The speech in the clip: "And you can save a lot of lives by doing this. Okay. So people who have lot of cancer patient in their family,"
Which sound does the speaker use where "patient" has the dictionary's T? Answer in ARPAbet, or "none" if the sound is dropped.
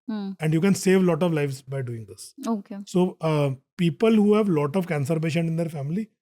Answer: none